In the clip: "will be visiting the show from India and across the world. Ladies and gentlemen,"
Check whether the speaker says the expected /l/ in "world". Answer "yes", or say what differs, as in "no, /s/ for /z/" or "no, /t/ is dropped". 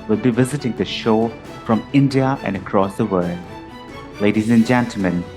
yes